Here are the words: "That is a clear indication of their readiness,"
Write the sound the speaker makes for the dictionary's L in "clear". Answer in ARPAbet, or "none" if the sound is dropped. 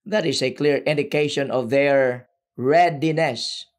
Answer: L